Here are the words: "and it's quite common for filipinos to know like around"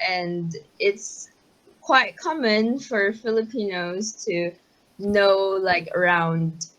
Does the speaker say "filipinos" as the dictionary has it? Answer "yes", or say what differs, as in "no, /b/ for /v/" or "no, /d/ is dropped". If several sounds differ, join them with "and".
yes